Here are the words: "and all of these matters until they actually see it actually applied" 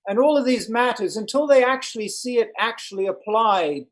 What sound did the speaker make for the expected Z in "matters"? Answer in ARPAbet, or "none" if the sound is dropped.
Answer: Z